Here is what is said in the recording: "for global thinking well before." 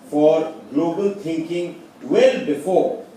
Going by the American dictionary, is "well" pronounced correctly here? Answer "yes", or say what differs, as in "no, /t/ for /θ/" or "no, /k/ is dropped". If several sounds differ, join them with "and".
yes